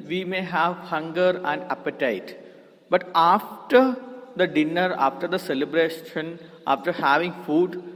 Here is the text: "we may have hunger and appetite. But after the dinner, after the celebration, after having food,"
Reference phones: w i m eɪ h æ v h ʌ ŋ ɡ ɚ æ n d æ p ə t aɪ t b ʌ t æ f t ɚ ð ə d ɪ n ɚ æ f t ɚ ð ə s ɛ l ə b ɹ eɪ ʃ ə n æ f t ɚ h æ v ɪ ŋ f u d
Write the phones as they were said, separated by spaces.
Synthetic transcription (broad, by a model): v i m eɪ h æ v h ʌ ŋ ɡ ɚ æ n d æ p ə t aɪ t b ʌ t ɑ f t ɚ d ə d ɪ n ɚ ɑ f t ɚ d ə s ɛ l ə b ɹ eɪ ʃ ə n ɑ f t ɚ h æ v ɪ ŋ f u d